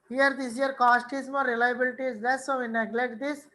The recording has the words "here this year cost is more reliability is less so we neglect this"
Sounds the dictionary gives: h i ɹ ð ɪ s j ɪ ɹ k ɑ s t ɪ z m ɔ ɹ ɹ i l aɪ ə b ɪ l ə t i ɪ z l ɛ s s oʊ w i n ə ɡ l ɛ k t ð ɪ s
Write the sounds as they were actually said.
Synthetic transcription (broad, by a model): h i ɹ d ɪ s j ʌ ɹ k ɑ s t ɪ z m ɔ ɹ ɹ i l aɪ ə b ɪ l ə t i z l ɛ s s oʊ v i n ə ɡ l ɛ k t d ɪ s